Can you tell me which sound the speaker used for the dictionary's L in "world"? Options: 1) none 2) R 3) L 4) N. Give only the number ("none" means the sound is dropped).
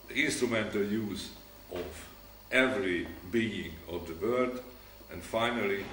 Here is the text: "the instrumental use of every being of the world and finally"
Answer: 1